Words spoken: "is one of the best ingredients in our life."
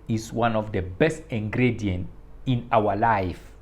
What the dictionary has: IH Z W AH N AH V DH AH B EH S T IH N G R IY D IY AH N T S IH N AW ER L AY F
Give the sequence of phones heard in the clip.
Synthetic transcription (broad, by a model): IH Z W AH N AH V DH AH B EH S T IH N G R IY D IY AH N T IH N AW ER L AY F